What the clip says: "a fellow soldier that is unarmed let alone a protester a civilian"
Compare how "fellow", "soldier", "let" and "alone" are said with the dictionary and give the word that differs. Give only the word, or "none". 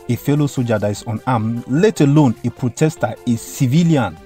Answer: soldier